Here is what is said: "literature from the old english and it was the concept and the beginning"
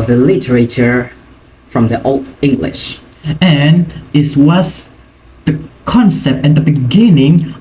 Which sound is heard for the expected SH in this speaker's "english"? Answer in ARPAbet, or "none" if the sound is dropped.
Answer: SH